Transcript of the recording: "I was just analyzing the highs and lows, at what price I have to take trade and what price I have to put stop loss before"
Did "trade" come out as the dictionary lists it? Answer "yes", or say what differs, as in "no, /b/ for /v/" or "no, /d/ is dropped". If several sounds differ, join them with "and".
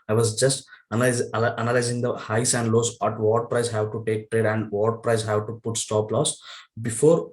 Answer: yes